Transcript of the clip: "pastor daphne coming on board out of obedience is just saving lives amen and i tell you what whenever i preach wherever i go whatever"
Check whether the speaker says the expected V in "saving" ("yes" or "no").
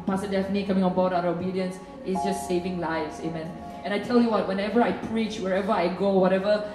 yes